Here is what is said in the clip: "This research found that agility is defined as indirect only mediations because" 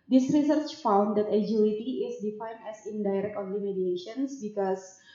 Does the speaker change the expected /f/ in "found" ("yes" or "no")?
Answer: no